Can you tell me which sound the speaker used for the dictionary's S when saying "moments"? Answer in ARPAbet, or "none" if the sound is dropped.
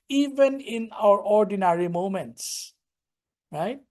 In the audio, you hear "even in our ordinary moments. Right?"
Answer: S